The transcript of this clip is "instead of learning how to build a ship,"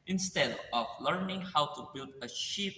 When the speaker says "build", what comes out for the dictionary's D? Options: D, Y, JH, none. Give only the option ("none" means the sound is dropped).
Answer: D